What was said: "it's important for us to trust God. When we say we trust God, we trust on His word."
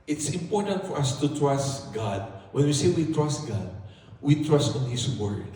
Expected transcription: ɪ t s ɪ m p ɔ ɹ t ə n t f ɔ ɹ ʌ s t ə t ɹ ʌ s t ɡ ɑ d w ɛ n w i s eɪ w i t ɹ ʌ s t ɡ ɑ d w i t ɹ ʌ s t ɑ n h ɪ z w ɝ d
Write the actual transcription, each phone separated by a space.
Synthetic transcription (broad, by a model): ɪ t s ɪ m p ɔ ɹ t ə n t f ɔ ɹ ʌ s t ə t ɹ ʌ s t ɡ ɑ d w ɛ n w i s eɪ w i t ɹ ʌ s t ɡ ɑ d w i t ɹ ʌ s t ɑ n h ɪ s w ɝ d